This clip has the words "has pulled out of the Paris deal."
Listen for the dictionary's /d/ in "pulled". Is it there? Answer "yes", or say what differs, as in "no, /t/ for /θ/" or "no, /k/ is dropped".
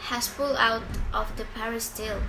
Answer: no, /d/ is dropped